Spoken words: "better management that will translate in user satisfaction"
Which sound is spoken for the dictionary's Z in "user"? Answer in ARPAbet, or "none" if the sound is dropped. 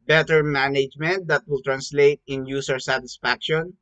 S